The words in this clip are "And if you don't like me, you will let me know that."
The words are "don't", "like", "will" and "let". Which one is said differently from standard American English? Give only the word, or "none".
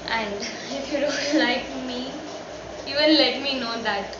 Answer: will